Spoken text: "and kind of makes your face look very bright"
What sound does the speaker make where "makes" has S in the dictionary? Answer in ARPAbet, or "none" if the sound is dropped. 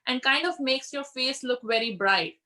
S